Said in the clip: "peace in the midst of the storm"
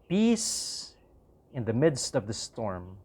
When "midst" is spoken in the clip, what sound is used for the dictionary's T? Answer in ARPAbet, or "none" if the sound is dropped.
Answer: T